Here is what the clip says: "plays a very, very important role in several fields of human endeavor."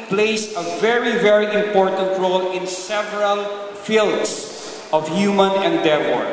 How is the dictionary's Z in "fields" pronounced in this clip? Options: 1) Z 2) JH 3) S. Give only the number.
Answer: 3